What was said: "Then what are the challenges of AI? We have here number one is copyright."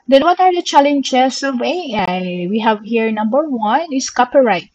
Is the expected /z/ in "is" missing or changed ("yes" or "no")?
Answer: yes